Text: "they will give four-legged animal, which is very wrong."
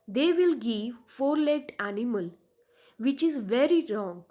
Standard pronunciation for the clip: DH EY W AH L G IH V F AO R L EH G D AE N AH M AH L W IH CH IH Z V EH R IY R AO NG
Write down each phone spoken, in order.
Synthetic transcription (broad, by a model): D EY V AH L G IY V F AO R L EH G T AE N AH M AH L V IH CH IH Z V EH R IY R AO NG